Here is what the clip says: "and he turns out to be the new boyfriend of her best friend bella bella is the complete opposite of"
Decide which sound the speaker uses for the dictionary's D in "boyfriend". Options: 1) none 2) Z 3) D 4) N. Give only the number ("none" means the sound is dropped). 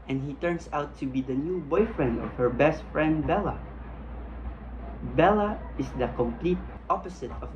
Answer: 3